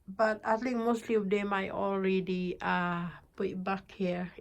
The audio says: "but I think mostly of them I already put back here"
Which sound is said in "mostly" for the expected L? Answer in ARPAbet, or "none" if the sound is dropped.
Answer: L